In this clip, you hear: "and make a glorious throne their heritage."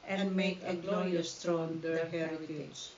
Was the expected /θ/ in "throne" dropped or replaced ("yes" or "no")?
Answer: yes